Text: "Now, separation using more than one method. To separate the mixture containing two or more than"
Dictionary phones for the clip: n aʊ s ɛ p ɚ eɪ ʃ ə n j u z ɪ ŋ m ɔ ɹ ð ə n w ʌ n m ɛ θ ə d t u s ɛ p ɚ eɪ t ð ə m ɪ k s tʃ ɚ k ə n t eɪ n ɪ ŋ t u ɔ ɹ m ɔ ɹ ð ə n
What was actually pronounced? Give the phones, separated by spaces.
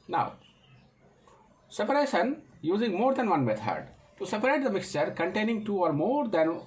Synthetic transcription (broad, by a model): n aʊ s ɛ p ɚ eɪ ʃ ə n j u z ɪ ŋ m ɔ ɹ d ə n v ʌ n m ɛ t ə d t u s ɛ p ɚ eɪ t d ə m ɪ k s tʃ ɚ k ə n t eɪ n ɪ ŋ t u ɔ ɹ m ɔ ɹ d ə n